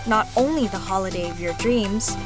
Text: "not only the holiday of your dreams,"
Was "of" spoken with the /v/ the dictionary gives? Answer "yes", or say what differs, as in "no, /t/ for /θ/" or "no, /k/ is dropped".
yes